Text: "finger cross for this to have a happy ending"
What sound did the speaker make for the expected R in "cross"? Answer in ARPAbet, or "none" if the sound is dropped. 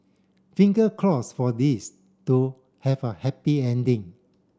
L